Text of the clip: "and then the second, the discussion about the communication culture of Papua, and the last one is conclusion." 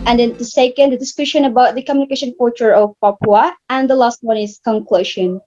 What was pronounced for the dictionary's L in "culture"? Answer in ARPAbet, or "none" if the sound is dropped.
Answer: none